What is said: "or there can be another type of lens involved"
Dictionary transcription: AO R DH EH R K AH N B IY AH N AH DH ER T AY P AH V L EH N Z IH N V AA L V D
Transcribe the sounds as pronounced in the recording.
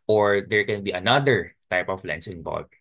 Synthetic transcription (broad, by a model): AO R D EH R K AH N B IY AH N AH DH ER T AY P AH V L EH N S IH N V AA L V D